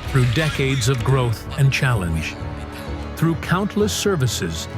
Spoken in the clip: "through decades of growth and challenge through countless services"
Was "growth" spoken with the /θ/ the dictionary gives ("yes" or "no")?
yes